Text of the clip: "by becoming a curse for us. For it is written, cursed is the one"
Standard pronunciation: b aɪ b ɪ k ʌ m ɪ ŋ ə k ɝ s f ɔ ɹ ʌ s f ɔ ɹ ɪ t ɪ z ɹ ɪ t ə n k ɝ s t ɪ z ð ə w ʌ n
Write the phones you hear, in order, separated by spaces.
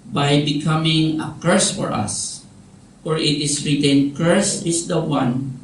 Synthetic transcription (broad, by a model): b aɪ b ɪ k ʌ m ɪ ŋ ə k ɝ s f ɔ ɹ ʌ s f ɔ ɹ ɪ t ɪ s ɹ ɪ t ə n k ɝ s ɪ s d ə w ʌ n